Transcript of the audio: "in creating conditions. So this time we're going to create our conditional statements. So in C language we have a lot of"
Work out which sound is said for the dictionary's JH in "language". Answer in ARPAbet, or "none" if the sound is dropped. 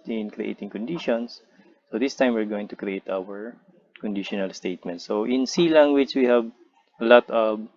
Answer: CH